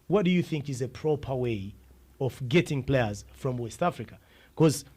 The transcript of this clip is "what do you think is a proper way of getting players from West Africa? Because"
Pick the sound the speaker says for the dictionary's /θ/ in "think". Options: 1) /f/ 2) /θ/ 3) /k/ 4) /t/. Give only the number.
2